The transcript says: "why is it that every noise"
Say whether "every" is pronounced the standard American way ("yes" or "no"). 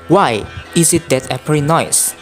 no